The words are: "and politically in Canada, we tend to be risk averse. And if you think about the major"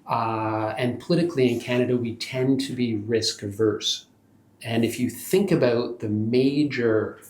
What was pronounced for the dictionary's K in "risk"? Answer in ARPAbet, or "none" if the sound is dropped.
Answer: K